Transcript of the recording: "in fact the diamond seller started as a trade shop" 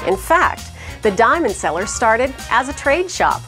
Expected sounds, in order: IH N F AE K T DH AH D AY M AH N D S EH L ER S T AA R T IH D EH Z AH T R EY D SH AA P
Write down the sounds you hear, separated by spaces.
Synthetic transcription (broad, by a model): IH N F AE K T DH AH D AY M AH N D S EH L ER S T AA R T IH D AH Z AH T R EY D SH AA P